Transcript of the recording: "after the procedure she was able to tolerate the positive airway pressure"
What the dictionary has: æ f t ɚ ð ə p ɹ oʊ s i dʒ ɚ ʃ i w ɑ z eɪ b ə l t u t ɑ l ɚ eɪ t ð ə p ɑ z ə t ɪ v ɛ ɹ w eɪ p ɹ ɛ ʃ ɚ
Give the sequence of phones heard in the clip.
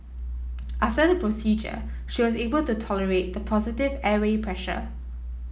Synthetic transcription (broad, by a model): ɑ f t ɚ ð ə p ɹ oʊ s i dʒ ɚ ʃ i w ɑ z eɪ b ə l t u t ɑ l ɚ eɪ t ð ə p ɑ z ə t ɪ v ɛ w eɪ p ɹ ɛ ʃ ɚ